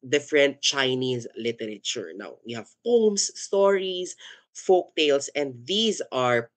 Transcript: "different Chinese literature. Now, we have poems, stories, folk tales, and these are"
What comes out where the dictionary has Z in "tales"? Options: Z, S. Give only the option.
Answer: S